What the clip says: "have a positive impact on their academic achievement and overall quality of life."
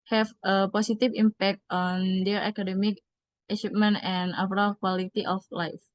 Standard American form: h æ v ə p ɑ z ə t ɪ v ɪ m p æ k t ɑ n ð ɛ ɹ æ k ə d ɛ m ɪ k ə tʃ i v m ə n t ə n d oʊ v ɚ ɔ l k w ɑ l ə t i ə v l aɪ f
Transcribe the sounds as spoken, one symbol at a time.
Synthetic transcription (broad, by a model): h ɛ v ə p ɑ s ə t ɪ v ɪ m p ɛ k t ɑ n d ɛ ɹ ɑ k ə d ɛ m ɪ k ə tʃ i p m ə n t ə n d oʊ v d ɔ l k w ɑ l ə t i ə f l aɪ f